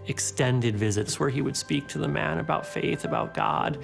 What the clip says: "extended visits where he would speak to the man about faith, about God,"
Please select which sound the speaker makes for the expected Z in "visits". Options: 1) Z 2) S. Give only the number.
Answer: 1